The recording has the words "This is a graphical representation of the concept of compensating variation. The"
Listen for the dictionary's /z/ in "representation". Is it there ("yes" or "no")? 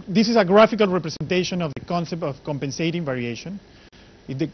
no